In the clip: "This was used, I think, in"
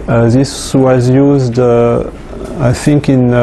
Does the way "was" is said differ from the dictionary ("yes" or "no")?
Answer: no